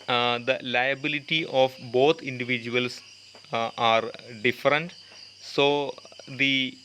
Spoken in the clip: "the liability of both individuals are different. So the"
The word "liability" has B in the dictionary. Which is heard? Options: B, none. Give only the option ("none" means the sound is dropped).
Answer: B